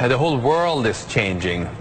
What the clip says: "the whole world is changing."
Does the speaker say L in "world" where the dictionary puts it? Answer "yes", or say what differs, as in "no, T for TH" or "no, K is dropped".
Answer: yes